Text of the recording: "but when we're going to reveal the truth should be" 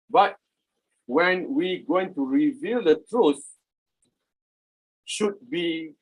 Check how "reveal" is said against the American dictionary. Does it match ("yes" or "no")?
yes